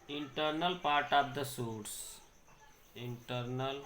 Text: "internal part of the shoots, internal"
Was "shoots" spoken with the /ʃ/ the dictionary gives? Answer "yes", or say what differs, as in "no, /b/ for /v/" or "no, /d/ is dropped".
no, /s/ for /ʃ/